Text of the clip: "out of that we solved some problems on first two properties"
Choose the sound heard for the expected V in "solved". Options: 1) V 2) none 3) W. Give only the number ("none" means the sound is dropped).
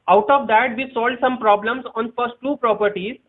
2